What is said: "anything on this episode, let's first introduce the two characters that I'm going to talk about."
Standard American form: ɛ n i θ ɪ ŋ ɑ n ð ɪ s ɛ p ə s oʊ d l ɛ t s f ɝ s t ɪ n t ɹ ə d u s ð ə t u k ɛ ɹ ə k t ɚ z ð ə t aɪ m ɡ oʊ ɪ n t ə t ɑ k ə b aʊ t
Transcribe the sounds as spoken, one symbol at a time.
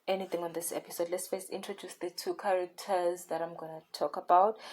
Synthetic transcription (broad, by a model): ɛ n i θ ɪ ŋ ɑ n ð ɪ s ɛ p ə s oʊ d l ɛ t s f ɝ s ɪ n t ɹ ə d u s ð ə t u k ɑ ɹ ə k t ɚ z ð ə t aɪ m ɡ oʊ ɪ n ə t ɑ k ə b aʊ t